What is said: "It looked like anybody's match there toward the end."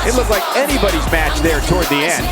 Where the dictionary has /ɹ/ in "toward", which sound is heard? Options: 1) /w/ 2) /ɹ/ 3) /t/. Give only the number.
2